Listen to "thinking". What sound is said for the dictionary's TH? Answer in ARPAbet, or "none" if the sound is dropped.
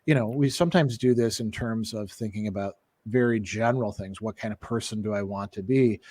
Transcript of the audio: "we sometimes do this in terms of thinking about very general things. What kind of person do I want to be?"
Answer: TH